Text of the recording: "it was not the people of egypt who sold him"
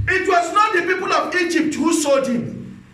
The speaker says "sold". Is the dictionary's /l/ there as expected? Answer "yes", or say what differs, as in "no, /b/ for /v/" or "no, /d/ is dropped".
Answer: no, /l/ is dropped